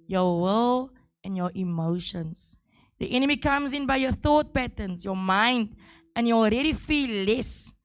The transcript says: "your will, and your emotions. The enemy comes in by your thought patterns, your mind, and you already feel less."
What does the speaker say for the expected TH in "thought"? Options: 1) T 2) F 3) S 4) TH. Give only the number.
4